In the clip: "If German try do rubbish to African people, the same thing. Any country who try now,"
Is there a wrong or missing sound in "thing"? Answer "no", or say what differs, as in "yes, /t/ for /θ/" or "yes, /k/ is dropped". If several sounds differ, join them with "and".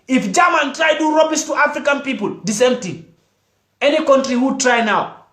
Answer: yes, /t/ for /θ/